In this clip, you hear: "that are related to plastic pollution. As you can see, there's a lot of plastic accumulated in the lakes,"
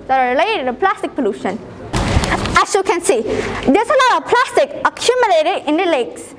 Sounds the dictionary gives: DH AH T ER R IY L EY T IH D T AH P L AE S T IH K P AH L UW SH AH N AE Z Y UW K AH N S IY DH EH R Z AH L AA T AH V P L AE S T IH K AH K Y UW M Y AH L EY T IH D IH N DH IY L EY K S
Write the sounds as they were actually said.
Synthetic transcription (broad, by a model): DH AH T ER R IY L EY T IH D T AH P L AE S T IH K P AH L UW SH AH N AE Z Y UW K AH N S IY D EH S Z AH N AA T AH P L AE S T IH K AH K Y UW M Y AH L EY T IH D IH N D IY L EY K S